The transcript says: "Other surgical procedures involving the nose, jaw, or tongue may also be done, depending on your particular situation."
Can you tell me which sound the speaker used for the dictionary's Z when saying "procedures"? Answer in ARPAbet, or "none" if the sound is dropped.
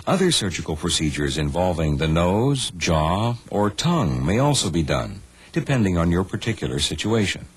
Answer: Z